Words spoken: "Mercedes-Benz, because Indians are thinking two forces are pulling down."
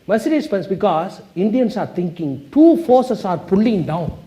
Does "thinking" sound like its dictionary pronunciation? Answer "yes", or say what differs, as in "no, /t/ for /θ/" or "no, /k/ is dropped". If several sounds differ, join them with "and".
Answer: no, /t/ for /θ/